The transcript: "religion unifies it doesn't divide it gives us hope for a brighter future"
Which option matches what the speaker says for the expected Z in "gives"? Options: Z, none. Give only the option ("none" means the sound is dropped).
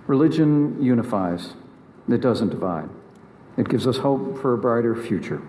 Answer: Z